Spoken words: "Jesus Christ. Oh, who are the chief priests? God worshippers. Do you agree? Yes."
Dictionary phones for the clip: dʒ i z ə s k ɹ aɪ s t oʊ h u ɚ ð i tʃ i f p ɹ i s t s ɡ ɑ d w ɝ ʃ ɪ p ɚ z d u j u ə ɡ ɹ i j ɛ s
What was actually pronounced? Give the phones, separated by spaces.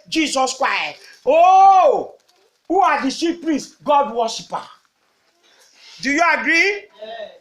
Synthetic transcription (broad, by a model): dʒ i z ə s k ɹ aɪ s t oʊ h u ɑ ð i s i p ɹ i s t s ɡ ɑ d w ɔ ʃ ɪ p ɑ d u j u ə ɡ ɹ i